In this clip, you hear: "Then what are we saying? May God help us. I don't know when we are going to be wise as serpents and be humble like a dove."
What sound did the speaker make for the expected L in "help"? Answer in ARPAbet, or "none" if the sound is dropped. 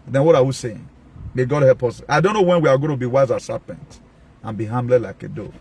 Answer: L